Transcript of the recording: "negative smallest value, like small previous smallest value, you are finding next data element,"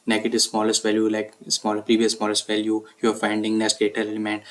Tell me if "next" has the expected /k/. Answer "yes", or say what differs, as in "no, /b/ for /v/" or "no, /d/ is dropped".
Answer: no, /k/ is dropped